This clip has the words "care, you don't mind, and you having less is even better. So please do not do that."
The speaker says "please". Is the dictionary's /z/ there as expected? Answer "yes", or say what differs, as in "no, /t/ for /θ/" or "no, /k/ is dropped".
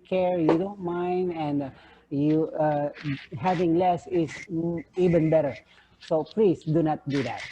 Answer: no, /s/ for /z/